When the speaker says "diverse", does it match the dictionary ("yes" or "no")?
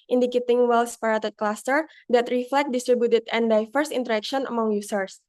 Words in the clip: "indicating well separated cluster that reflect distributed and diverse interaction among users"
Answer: no